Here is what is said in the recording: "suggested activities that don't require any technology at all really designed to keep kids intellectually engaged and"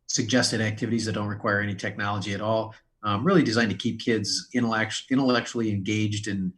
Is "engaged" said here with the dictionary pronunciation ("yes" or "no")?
yes